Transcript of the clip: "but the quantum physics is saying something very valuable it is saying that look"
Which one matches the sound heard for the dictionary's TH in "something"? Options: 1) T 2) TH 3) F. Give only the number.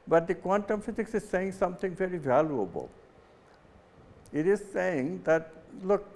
1